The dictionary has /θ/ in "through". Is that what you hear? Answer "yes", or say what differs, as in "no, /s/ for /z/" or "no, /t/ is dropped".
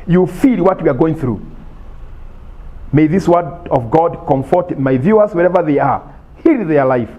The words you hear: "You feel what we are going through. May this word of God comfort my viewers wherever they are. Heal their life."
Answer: yes